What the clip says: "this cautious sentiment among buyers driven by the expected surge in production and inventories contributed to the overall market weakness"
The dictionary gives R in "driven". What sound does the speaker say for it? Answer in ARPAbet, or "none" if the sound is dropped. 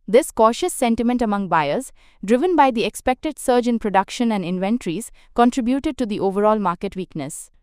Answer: R